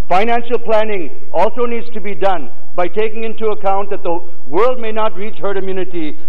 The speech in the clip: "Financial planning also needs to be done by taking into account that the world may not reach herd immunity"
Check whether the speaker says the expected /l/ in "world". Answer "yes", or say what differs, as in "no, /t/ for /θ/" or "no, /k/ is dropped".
yes